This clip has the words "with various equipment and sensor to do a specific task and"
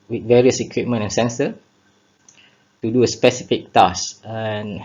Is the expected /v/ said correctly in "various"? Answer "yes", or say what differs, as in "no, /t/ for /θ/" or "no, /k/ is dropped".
yes